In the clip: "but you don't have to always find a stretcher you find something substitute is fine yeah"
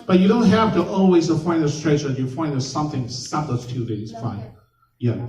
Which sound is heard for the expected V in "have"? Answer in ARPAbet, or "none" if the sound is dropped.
F